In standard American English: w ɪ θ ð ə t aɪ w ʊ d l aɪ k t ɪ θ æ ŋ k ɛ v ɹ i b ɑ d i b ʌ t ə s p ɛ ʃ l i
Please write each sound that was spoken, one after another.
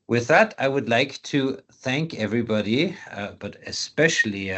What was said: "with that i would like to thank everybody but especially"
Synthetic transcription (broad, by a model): w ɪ ð ə t aɪ w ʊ d l aɪ k t ɪ θ æ ŋ k ɛ v ɹ i b ɑ d i b ʌ t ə s p ɛ ʃ l i